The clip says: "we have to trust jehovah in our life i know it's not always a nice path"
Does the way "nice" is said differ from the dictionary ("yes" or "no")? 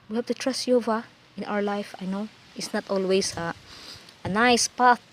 no